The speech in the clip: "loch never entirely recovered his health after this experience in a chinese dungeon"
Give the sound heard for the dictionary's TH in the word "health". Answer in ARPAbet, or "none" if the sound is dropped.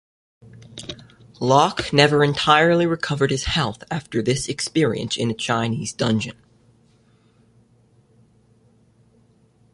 TH